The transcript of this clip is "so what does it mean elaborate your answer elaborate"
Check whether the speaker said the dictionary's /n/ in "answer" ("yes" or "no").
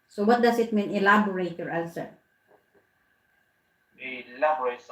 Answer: no